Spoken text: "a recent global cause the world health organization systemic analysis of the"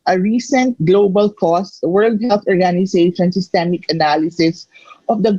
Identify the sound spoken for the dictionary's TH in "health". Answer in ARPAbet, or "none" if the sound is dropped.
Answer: T